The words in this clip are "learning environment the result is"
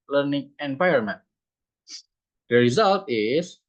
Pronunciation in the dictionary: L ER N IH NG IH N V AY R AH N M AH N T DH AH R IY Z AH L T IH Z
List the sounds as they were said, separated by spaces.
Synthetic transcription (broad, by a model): L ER N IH NG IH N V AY AH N M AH N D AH R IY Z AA L T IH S